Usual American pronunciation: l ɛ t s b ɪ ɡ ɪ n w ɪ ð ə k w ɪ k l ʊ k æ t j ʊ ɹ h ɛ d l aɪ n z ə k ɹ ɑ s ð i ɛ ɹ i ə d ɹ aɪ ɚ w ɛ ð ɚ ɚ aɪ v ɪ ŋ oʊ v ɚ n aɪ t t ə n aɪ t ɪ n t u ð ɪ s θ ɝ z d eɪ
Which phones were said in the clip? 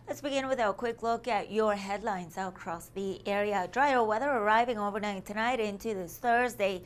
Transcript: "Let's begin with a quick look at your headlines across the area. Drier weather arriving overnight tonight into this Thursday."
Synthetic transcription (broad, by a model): l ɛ t s b ɪ ɡ ɪ n w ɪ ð ə k w ɪ k l ʊ k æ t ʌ ɹ h ɛ d l aɪ n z ə k ɹ ɑ s ð i ɛ ɹ i ə d ɹ aɪ ɚ w ɛ ð ɚ ɚ aɪ v ɪ ŋ oʊ v ɚ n aɪ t t ə n aɪ t ɪ n t u ð ɪ s θ ɝ z d eɪ